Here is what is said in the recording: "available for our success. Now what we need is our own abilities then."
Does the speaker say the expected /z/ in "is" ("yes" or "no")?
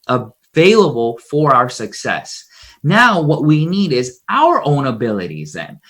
yes